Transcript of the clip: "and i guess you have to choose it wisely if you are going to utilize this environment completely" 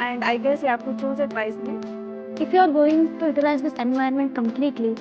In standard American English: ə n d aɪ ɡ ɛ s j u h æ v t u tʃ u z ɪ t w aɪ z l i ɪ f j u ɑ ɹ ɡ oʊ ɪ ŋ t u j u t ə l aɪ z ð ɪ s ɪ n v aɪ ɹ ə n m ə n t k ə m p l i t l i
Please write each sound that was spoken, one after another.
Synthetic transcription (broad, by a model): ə n d aɪ ɡ ɛ s j u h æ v t u tʃ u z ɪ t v aɪ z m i ɪ f j u ɑ ɹ ɡ oʊ ɪ ŋ t u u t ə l aɪ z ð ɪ s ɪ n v aɪ ə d m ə n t k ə m p l i t l i